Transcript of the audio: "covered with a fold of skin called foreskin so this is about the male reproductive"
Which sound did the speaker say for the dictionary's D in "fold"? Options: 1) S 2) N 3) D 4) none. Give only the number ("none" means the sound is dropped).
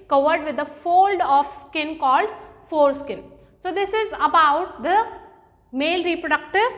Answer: 3